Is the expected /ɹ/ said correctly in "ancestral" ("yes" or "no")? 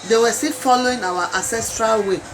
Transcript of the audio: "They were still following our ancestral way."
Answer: yes